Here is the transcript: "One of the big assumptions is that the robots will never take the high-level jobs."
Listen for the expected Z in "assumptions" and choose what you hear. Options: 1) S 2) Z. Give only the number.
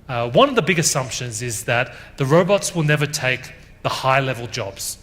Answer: 2